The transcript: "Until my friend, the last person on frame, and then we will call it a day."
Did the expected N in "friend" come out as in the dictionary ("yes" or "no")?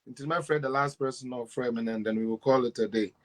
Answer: no